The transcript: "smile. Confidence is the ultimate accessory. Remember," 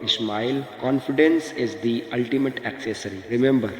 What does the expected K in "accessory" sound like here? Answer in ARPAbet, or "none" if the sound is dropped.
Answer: K